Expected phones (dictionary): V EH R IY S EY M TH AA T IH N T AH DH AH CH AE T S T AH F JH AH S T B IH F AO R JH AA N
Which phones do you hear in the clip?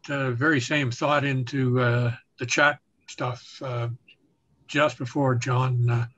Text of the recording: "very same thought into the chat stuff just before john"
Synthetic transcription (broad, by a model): V EH R IY S EY M TH AA T IH N T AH DH AH CH AE T S T AH F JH AH S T B IH F AO R JH AA N